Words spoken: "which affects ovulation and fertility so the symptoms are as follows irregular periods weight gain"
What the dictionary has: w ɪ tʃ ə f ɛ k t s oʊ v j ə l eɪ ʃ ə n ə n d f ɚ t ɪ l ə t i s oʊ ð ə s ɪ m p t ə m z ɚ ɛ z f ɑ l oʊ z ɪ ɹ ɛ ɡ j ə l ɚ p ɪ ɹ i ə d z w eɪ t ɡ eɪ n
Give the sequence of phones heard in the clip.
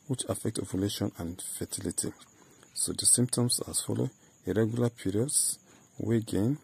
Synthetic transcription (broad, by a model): w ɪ tʃ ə f ɛ k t oʊ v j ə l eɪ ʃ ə n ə n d f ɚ t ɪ l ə t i s oʊ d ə s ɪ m p t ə m s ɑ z f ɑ l oʊ ɪ ɹ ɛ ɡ j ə l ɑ p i ɹ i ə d s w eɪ ɡ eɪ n